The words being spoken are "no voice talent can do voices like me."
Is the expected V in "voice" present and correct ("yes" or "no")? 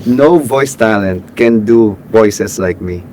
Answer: yes